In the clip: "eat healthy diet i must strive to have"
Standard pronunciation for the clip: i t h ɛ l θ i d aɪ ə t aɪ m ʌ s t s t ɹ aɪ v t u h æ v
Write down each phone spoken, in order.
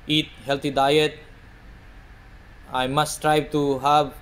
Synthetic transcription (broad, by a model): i t h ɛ l t i d aɪ ə t aɪ m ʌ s s t ɹ aɪ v t u h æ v